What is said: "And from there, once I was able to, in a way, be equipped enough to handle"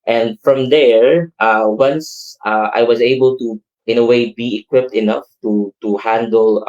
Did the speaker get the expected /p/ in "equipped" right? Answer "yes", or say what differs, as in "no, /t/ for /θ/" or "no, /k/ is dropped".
yes